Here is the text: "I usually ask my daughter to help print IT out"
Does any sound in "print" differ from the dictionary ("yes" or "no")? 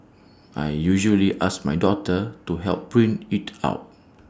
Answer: yes